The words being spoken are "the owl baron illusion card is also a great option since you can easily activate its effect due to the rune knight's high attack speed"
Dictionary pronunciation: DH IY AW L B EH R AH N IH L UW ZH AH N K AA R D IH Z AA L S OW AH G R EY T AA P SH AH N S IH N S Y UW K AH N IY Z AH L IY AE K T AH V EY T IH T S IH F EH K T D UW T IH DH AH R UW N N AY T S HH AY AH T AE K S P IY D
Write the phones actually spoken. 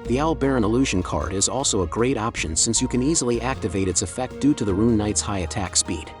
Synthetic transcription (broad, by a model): DH IY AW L B EH R AH N IH L UW ZH AH N K AA R D IH Z AA L S OW AH G R EY T AA P SH AH N S IH N S Y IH K AH N IY Z L IY AE K T AH V EY T IH T S IH F EH K T D UW T IH DH AH R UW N N AY T S HH AY AH T AE K S P IY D